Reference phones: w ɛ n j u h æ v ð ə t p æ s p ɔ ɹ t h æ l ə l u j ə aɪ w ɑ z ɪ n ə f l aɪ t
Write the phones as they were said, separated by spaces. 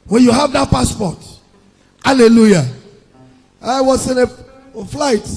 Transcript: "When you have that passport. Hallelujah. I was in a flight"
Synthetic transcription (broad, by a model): w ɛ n j u h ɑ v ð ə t p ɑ s p ɔ t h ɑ l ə l u j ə aɪ w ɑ s ɪ n ə f l aɪ t